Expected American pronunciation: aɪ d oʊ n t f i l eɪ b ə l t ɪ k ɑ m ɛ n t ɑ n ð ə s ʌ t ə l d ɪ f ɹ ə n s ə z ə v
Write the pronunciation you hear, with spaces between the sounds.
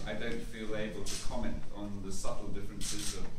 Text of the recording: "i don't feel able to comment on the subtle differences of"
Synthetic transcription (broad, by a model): aɪ d oʊ n t f i l eɪ b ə l t ɪ k ɑ m ɛ n t n ð ə s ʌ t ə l d ɪ f ɹ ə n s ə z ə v